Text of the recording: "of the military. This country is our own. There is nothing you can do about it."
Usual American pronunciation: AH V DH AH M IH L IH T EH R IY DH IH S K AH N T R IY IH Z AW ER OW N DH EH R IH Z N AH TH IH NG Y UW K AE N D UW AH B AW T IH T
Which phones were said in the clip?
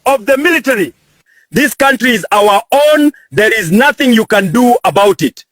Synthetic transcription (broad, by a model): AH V DH AH M IH L IH T EH R IY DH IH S K AH N T R IY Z AW ER OW N DH EH R IH Z N AH TH IH NG Y UW K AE N D UW AH B AW T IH T